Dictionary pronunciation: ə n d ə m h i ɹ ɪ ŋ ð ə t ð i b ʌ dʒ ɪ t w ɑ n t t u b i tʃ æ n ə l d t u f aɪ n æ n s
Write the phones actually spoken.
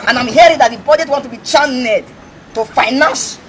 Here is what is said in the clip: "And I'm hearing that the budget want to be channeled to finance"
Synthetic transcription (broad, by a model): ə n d ə m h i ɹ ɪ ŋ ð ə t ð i b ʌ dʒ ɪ t w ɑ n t t u b i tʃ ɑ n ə d t u f aɪ n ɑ n s